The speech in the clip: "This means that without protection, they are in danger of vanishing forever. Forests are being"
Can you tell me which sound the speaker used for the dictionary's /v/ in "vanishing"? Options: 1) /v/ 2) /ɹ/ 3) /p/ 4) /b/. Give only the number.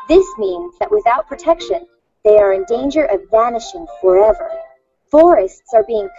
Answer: 1